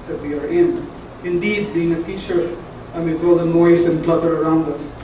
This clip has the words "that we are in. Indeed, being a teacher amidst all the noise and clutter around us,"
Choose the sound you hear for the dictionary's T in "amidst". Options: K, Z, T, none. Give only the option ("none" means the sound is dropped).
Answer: none